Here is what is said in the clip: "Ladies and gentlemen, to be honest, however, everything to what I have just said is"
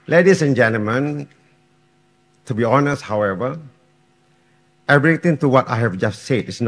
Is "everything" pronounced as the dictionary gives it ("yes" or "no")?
no